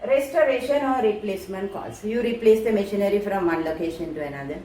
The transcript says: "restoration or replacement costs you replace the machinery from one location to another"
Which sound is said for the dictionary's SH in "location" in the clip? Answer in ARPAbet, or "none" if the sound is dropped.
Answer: SH